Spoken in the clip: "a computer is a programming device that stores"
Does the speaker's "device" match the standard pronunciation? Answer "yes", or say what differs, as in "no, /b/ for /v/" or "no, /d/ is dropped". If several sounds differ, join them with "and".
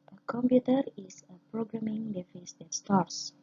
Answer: no, /f/ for /v/